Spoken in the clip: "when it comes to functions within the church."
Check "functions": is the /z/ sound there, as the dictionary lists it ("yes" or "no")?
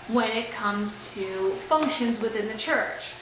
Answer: yes